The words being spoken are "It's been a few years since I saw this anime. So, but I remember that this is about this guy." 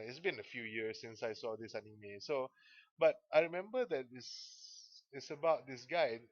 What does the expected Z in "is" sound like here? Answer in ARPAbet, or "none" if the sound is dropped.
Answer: S